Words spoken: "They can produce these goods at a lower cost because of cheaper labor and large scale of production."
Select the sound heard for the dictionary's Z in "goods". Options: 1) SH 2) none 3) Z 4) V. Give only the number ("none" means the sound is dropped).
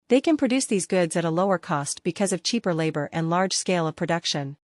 3